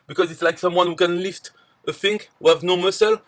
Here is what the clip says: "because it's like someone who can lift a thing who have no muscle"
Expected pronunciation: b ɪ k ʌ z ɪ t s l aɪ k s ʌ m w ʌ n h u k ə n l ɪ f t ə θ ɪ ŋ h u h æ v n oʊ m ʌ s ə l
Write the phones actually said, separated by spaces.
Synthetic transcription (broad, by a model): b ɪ k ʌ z ɪ t s l aɪ k s ʌ m w ʌ n h u k ə n l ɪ f t ə f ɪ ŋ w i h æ v n oʊ m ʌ s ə l